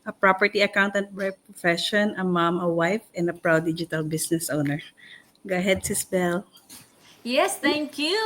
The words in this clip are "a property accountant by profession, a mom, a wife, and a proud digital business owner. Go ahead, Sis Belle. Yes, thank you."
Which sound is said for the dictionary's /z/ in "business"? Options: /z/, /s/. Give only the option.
/s/